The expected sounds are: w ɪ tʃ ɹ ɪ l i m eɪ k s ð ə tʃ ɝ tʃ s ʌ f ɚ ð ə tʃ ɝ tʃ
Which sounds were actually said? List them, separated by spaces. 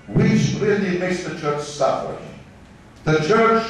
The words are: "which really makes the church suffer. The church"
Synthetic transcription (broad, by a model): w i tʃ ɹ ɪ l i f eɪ s ð ə tʃ ɝ tʃ s ʌ f ɚ ð ə tʃ ɝ tʃ